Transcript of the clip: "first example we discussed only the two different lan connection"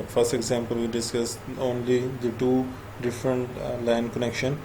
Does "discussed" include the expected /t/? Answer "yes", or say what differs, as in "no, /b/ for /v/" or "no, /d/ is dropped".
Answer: no, /t/ is dropped